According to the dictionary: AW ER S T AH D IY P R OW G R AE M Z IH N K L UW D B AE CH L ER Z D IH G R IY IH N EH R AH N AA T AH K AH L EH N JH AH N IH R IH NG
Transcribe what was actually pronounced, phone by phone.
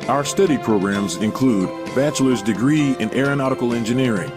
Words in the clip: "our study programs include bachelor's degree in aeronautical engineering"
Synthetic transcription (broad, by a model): AW ER S T AH D IY P R OW G R AE M Z IH N K L UW D B AE CH L ER Z D IH G R IY IH N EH R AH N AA T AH K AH L EH N JH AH N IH R IH NG